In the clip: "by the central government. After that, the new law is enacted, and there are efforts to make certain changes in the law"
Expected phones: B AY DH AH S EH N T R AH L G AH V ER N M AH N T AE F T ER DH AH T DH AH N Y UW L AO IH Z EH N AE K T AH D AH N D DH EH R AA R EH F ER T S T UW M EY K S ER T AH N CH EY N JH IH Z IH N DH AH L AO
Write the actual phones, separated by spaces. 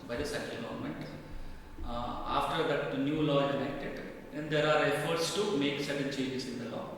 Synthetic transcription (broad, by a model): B AY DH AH S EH T AH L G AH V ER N M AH N T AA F T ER AH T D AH N Y UW L AO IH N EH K T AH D AH N D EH R AA R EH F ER T S T UW M EY K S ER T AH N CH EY JH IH S IH N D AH L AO